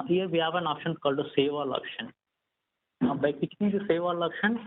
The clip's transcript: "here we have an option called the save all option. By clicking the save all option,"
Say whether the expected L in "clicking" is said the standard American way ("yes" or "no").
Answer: no